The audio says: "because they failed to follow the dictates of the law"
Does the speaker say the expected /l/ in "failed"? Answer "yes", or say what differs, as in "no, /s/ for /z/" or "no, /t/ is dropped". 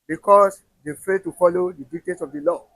no, /l/ is dropped